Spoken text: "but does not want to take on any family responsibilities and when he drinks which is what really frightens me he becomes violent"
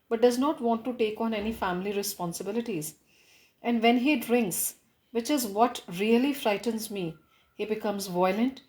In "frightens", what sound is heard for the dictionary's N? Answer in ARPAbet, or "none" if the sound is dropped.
N